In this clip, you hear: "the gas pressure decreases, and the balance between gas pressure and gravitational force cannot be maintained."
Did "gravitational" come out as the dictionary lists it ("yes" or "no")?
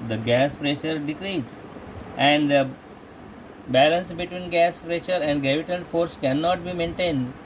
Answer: no